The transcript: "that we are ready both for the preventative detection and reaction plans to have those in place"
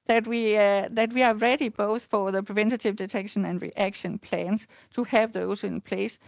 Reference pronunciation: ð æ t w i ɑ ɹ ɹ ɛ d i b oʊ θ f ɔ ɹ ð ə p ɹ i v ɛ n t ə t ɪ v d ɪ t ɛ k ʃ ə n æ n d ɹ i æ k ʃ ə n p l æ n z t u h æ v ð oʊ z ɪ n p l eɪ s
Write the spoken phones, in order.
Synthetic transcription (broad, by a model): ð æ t w i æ w ɹ ɛ d i b oʊ θ f ɔ ɹ ð ə p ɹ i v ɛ n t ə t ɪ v d ɪ t ɛ k ʃ ə n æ n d ɹ i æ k ʃ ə n p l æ n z t u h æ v ð oʊ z ɪ n p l eɪ s